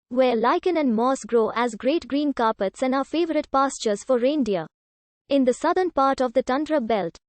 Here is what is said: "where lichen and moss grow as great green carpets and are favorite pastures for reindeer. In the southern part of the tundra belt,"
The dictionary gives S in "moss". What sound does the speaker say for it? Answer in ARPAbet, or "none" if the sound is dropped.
S